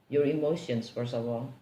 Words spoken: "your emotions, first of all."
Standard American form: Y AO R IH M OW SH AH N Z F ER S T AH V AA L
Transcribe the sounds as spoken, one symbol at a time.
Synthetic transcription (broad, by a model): Y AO R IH M OW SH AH N S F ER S AH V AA L